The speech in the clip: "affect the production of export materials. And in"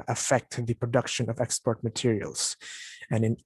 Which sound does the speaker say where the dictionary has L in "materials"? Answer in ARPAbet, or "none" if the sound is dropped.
L